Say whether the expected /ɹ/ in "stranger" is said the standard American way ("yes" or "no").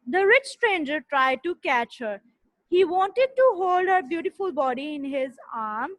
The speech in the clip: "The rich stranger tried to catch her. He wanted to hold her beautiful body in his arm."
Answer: yes